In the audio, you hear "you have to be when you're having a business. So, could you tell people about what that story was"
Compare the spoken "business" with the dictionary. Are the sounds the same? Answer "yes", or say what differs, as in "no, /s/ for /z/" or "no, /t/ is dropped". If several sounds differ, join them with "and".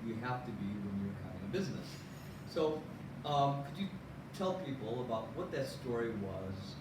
yes